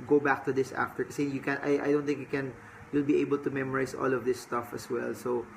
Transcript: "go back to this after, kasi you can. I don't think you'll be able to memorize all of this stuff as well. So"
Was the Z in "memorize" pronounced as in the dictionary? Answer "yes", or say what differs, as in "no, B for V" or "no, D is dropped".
no, S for Z